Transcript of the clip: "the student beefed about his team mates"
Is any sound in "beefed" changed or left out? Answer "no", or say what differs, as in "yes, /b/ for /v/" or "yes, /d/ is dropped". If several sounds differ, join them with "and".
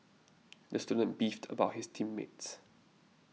no